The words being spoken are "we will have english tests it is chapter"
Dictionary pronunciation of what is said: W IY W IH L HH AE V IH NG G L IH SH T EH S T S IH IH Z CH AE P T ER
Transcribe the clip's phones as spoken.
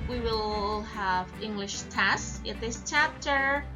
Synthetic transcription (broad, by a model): W IY W IH L HH AE V IH NG G L IH SH T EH S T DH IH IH S CH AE P T ER